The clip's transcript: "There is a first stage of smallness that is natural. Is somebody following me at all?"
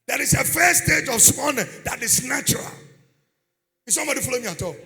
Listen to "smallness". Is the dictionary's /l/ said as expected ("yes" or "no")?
no